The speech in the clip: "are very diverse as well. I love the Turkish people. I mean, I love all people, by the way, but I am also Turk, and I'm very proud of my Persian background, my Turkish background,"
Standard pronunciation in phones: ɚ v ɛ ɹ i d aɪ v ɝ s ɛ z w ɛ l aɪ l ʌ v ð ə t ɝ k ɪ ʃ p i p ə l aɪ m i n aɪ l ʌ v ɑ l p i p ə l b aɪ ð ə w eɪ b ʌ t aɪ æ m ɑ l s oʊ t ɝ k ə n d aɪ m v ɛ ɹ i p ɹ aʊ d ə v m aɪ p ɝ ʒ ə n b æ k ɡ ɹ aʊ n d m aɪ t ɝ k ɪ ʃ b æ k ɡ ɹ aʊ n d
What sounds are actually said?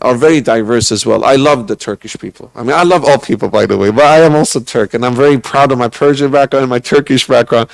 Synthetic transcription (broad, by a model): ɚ v ɛ ɹ i d aɪ v ɝ s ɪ z w ɛ l aɪ l ʌ v ð ə t ɝ k ɪ ʃ p i p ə l aɪ m i n aɪ l ʌ v ɑ l p i p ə l b aɪ ð ə w eɪ b ʌ t aɪ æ m ɑ l s oʊ t ɝ k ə n aɪ m v ɛ ɹ i p ɹ aʊ d ə v m aɪ p ɝ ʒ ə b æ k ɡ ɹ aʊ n m aɪ t ɝ k ɪ ʃ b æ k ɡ ɹ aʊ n